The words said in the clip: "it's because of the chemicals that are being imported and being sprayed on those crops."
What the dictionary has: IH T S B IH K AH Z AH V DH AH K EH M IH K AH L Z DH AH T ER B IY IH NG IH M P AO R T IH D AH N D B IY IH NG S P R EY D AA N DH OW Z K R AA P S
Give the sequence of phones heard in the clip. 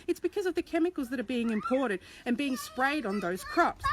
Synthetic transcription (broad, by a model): IH T S B IH K AH Z AH V DH AH K EH M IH K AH L Z DH AH T ER B IY IH NG IH M P AO R T IH D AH N B IY IH NG S P R EY D N DH OW Z K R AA P S